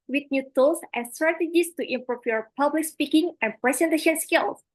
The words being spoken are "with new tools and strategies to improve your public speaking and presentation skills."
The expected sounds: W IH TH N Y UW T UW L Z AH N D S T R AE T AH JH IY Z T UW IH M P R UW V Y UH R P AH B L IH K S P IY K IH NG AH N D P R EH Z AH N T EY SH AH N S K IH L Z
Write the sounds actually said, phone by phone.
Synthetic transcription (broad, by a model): W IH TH N Y UW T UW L S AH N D S T R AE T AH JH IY S T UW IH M P R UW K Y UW R P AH B L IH K S P IY K IH NG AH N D P R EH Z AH N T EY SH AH N S K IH L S